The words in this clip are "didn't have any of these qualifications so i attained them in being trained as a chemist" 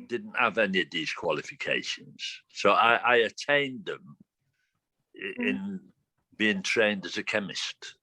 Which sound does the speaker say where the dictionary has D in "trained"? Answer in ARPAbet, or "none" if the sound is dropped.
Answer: D